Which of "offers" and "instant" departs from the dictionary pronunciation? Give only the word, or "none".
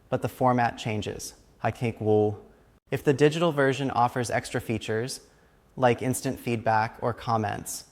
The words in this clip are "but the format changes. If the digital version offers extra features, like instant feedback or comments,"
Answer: none